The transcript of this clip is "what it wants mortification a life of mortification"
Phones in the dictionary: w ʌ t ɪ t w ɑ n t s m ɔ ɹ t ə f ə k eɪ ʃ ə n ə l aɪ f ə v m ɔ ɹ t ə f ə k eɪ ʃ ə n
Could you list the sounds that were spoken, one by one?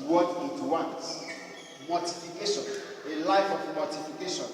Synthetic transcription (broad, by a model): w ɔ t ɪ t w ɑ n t m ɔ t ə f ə k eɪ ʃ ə n ə l aɪ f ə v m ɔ t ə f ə k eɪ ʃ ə n